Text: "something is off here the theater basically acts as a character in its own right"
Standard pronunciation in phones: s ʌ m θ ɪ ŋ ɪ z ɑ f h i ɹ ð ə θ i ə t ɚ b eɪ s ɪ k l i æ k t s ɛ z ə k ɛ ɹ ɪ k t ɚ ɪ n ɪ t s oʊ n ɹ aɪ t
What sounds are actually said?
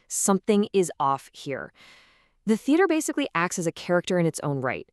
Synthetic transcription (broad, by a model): s ʌ m θ ɪ ŋ ɪ z ɑ f h i ɹ ð ə θ i ə t ɚ b eɪ s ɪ k l i æ k t s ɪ z ə k ɛ ɹ ɪ k t ɚ ɪ n ɪ t s oʊ n ɹ aɪ t